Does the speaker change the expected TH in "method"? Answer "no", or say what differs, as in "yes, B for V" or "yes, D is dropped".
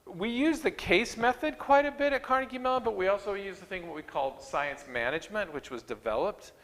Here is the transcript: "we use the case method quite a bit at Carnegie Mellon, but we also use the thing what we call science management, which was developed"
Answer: no